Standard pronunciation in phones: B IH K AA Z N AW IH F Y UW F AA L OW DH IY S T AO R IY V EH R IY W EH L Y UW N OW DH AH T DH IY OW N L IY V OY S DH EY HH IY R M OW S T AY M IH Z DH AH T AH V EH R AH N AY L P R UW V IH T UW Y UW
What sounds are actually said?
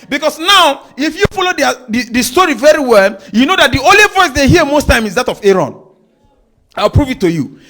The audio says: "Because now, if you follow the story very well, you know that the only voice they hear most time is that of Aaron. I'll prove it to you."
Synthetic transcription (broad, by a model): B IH K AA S N AW IH F Y UW F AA L OW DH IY S T AO R IY V EH R IY W EH L Y UW N OW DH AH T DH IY OW N L IY V OY S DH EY HH IY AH M OW S T AY M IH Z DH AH T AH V EH R AH N AY L P R UW V IH T UW Y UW